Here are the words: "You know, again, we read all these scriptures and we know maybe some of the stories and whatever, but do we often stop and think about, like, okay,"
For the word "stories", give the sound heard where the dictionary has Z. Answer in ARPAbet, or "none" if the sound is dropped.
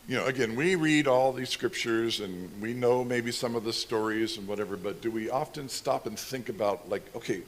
Z